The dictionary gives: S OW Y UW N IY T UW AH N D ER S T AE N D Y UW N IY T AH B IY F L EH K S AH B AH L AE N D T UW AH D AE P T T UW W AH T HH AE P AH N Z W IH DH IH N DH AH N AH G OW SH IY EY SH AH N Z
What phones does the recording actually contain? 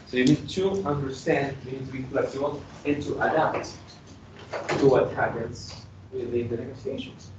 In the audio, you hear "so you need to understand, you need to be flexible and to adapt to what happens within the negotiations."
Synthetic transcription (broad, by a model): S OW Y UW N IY T UW AH N D ER S T AE N D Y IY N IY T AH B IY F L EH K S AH AH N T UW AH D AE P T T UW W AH T HH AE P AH N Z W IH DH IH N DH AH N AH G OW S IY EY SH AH N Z